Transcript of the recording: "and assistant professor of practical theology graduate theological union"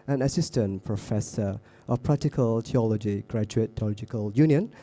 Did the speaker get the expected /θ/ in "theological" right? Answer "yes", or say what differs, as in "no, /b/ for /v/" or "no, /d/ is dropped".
no, /t/ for /θ/